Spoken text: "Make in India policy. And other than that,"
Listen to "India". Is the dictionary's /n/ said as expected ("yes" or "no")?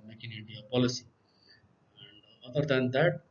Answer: no